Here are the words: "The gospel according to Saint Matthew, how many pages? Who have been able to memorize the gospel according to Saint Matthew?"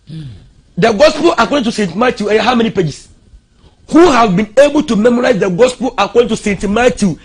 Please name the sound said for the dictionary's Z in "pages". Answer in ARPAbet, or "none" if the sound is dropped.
S